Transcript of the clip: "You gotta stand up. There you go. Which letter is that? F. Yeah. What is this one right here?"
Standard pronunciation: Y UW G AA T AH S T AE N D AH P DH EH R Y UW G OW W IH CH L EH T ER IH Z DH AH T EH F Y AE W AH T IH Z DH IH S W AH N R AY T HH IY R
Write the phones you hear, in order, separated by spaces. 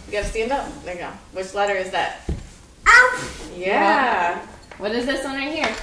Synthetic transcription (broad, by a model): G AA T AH S T AE N D AH P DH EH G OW W IH CH L EH T ER IH Z DH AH T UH P Y AE W AH T IH Z DH IH S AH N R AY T HH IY R